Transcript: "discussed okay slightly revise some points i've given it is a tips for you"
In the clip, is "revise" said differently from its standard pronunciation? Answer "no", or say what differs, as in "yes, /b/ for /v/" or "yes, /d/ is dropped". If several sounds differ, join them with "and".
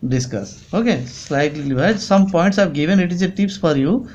yes, /l/ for /ɹ/